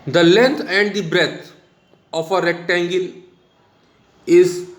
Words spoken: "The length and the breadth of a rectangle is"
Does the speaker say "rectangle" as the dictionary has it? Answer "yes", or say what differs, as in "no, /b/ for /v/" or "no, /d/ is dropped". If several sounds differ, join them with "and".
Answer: yes